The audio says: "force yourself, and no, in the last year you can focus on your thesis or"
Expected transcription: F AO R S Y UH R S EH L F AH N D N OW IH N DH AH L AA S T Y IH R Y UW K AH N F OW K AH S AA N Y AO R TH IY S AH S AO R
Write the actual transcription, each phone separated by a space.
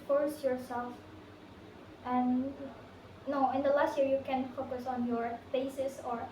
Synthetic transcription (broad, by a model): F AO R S Y UH R S EH L F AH N N OW IH N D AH L AA S T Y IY R Y UW K AH N F OW K AH S AA N Y AO R F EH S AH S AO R